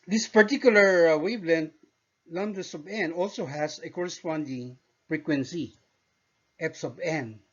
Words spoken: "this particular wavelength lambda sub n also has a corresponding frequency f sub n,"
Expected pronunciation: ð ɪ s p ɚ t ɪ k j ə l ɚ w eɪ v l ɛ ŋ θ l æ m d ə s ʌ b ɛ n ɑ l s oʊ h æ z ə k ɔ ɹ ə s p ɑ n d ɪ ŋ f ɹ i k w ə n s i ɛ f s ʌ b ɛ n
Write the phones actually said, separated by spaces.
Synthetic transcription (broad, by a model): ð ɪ s p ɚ t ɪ k j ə l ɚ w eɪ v l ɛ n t l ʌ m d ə s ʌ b ɛ n ɑ l s oʊ h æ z ə k ɔ ɹ ə s p ɑ n d ɪ ŋ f ɹ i k w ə n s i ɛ p s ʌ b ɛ n